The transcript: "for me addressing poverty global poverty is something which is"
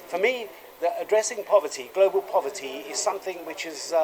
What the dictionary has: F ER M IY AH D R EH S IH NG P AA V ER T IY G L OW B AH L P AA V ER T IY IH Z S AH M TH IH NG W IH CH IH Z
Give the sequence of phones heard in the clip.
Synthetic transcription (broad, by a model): F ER M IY AH D R EH S IH NG P AA V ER T IY G L OW B AH L P AA V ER T IY IH Z S AH M TH IH NG W IH CH IH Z